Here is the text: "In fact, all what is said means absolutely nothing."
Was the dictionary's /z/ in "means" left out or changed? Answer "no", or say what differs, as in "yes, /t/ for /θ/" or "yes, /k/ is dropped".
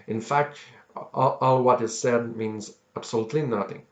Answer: no